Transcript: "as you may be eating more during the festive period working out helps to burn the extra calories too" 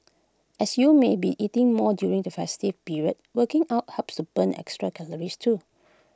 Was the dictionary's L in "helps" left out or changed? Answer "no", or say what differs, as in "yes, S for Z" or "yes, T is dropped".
yes, L is dropped